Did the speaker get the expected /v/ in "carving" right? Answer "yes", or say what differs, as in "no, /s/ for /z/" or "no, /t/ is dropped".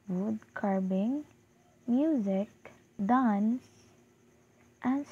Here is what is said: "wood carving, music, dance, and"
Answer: no, /b/ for /v/